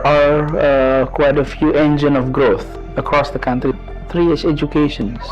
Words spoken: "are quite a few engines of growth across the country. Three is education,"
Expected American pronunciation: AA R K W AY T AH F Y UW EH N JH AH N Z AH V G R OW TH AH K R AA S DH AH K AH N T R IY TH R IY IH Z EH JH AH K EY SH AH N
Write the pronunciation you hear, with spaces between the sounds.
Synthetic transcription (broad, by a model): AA R K W AY T AH F Y UW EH N JH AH N AH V G R OW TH AH K R AA S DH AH K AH N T R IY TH R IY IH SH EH JH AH K EY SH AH N